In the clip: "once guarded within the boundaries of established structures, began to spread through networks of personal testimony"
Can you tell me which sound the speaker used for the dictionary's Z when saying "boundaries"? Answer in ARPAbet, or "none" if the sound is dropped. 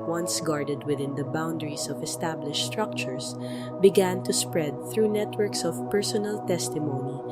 S